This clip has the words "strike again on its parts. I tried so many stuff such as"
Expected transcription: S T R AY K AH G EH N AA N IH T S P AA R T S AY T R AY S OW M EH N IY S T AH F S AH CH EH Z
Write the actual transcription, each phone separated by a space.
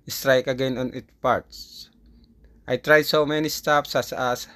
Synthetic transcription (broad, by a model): S T R AY K AH G EH N AA N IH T P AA R T S AY T R AY S OW M EH N IY S T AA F S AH S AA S